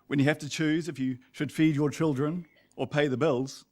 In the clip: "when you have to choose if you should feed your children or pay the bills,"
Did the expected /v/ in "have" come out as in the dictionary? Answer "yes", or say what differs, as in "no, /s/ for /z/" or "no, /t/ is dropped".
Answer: no, /f/ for /v/